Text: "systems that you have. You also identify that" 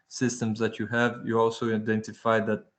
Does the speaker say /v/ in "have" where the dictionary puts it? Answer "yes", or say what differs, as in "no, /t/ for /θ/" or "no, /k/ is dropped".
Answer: yes